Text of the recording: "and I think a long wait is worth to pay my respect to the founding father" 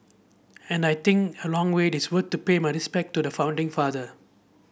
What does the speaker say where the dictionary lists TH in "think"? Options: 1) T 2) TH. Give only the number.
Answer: 1